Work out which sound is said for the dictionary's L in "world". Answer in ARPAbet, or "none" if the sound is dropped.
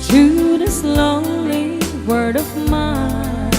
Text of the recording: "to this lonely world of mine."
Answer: none